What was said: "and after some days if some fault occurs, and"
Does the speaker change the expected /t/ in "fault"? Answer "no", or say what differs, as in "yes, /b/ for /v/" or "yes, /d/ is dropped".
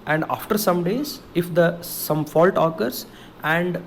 no